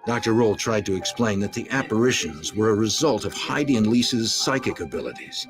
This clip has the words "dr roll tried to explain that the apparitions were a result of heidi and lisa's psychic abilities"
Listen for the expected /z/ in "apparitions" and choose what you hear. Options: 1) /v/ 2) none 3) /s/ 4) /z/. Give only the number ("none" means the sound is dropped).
4